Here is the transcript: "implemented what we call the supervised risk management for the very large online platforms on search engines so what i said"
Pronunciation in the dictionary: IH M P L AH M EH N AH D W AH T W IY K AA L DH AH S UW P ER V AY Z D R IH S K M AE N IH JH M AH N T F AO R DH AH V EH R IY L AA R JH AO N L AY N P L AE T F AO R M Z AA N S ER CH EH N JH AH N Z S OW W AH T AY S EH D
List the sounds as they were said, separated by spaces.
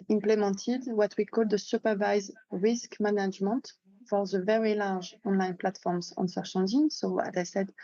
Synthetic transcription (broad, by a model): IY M P L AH M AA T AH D W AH T W IY K AA L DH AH S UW P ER V AY Z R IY S K M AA N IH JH M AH N T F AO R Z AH V EH R IY L AA R ZH AO N L AY N P L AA T F AO R M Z AA N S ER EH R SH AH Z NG S OW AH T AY S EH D